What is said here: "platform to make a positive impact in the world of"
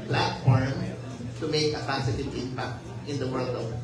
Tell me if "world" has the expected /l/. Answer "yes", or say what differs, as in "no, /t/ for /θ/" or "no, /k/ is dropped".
yes